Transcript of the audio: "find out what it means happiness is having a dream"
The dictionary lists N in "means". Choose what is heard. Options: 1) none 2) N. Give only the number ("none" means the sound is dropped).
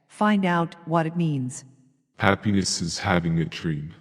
2